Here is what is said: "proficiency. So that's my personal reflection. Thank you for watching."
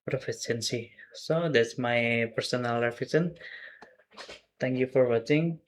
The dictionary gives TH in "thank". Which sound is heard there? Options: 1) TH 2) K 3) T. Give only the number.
3